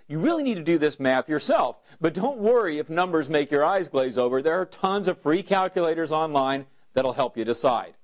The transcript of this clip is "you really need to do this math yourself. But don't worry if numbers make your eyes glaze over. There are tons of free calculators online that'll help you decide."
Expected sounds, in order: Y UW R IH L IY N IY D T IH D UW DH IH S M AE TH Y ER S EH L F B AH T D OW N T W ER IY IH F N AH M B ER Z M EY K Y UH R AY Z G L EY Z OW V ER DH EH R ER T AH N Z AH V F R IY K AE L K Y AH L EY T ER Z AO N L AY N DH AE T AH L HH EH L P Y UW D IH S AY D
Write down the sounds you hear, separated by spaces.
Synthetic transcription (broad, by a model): Y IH R IH L IY N IY D T IH D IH DH IH S M AE TH Y ER S EH L F B AH T D OW N T W ER IY IH F N AH M B ER Z M EY K Y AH R AY Z G L EY Z OW V ER DH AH R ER T AH N Z AH V F R IY K AE L K Y AH L EY T ER Z AO N L AY N DH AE T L HH EH L P Y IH D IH S AY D